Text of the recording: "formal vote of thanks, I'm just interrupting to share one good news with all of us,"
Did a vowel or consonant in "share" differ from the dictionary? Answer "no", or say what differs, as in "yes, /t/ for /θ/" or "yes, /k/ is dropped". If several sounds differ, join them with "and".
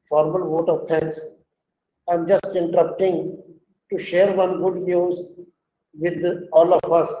no